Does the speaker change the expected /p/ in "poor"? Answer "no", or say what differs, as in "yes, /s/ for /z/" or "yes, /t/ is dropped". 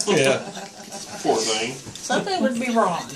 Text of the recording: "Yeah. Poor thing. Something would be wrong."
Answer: yes, /f/ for /p/